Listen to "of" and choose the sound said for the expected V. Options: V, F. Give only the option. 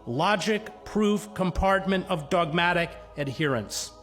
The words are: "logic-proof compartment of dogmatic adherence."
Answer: V